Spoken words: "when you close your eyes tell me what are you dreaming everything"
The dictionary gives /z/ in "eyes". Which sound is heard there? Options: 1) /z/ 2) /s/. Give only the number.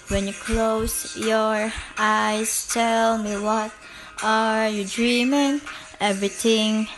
2